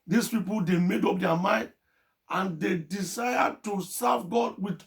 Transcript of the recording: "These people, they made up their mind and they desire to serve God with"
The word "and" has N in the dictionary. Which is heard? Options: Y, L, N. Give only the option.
N